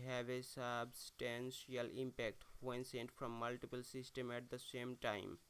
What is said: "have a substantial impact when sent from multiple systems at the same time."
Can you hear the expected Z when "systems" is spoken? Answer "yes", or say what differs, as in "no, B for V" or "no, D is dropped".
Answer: no, Z is dropped